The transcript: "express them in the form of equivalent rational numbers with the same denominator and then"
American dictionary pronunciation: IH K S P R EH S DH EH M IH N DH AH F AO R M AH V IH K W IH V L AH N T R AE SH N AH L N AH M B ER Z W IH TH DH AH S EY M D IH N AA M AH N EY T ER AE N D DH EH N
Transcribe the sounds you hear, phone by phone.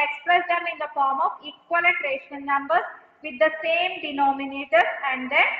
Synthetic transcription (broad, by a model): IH K S P R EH S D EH M IH N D AH F AO R M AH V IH K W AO L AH T R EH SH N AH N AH M B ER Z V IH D AH S EY M D IH N AA M AH N EY T ER AE N D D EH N